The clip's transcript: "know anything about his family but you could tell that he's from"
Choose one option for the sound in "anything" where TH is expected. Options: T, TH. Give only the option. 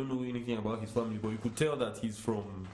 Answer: TH